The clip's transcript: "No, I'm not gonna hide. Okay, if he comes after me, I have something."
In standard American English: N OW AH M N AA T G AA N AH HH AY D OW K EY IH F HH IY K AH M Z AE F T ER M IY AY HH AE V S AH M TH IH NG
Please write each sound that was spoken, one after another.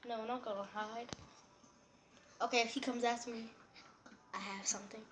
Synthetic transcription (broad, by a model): N OW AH N AA T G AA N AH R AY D OW K EY IH F HH IY K AH M Z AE T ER M IY AY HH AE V S AH M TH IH NG